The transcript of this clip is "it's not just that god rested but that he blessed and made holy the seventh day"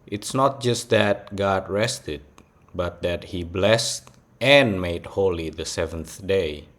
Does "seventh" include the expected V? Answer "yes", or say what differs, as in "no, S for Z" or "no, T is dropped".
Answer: yes